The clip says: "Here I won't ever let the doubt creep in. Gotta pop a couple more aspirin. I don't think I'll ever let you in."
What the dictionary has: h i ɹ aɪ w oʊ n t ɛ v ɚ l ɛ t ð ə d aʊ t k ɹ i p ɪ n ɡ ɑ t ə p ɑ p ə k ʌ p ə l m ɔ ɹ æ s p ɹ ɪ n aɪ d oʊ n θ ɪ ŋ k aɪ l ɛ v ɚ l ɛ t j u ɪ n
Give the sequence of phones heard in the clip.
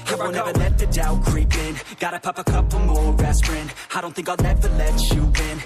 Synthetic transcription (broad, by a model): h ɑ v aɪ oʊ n ɛ v ɚ l ɛ t ð ə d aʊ k ɹ i p ɪ n ɡ ɑ t ə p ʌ p ə k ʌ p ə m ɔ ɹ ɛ s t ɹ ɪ n aɪ d oʊ n θ ɪ ŋ k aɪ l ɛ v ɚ l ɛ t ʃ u ɪ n